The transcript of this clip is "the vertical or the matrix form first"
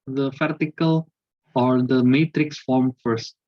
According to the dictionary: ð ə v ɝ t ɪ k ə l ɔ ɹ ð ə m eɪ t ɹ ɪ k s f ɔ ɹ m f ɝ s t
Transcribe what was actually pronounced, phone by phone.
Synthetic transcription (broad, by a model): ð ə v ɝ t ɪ k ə l ɔ ɹ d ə m eɪ t ɹ ɪ k s f ɔ ɹ m f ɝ s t